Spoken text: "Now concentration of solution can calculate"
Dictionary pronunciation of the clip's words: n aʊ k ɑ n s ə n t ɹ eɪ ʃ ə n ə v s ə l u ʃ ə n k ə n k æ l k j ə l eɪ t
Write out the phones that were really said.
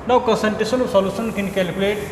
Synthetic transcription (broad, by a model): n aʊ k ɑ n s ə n t eɪ s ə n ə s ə l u s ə n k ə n k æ l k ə l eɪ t